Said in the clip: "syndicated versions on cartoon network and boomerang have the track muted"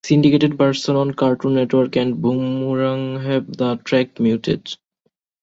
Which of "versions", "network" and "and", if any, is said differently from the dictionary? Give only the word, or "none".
versions